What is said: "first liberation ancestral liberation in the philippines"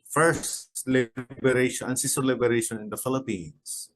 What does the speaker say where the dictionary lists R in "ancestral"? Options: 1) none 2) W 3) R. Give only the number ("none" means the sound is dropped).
1